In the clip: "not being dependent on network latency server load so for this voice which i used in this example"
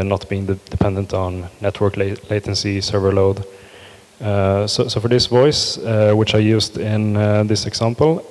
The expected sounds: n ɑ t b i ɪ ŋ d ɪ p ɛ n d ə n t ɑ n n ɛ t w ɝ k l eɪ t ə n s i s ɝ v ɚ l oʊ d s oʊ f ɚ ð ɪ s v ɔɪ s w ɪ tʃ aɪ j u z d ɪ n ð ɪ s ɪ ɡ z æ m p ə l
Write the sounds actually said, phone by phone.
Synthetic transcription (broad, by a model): n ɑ t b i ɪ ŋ d ɪ p ɛ n d ə n t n n ɛ t w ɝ k l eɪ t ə n s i s ɝ v ɚ l oʊ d s oʊ f ɚ ð ɪ s v ɔɪ s w ɪ tʃ aɪ j u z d ɪ n ð ɪ s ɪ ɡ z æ m p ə l